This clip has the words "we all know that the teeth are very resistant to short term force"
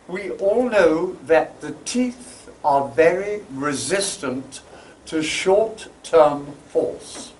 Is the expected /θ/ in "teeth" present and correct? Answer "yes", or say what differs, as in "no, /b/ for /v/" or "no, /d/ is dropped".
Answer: yes